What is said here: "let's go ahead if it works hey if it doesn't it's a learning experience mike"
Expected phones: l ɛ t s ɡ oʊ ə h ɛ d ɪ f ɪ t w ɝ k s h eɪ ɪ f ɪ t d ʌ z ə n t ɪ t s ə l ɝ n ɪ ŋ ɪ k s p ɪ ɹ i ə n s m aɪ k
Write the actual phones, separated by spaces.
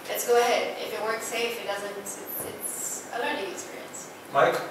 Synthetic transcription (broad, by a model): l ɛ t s ɡ oʊ ə h ɛ d ɪ f ɪ t w ɝ k s eɪ ɪ f ɪ t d ʌ z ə n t ɪ t s ə l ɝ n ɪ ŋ ɪ k s p ɪ ɹ i ə n s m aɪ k